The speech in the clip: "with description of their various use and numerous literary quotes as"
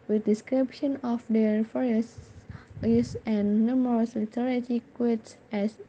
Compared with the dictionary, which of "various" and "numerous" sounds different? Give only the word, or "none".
various